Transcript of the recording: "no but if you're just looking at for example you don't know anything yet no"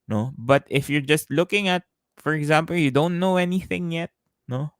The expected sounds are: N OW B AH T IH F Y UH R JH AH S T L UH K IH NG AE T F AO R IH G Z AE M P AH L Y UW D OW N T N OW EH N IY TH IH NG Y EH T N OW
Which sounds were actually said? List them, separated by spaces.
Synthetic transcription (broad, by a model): N OW B AH T IH F Y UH R JH AH S T L UH K IH NG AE T F AO R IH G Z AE M P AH L Y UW D OW N T N OW EH N IY TH IH NG Y EH T N OW